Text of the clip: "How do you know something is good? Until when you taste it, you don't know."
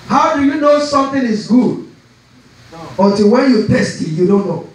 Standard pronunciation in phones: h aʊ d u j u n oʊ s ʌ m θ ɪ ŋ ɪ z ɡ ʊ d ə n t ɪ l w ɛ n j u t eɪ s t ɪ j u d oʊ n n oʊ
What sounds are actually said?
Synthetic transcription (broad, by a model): h aʊ d u j u n oʊ s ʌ m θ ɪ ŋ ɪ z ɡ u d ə t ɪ w ɛ n j u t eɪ s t ɪ j u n oʊ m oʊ